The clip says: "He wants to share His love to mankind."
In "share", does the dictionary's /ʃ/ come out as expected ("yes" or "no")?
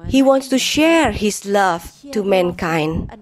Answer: yes